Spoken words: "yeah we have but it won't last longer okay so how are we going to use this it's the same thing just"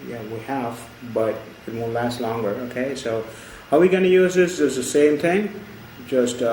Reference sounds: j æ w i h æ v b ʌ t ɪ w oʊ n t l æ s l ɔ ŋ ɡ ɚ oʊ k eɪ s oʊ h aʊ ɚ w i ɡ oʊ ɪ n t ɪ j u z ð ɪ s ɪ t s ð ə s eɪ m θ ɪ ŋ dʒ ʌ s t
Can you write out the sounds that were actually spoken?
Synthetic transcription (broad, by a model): j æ w i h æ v b ʌ t ɪ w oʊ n l æ s l ɔ ŋ ɡ ɚ oʊ k eɪ s oʊ h aʊ w i ɡ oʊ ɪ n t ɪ j u z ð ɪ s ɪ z ð ə s eɪ m θ ɪ ŋ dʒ ʌ s t